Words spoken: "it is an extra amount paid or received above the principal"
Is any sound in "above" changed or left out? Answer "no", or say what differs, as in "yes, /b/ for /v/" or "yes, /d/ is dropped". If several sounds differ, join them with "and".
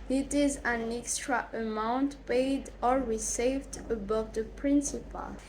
no